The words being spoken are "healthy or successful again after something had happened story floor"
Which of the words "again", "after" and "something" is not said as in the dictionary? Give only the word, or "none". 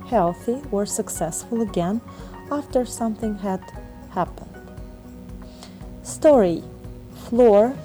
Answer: none